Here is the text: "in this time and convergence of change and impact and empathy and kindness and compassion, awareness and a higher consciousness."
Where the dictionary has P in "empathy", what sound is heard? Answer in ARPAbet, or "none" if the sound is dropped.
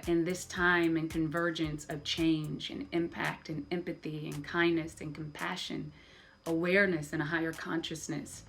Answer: P